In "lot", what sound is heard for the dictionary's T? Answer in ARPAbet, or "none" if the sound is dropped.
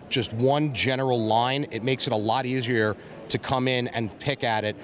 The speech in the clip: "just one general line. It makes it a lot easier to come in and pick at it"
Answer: T